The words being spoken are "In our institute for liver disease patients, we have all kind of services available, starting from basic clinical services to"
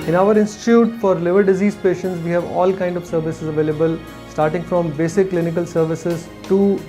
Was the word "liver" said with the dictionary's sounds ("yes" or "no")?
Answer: yes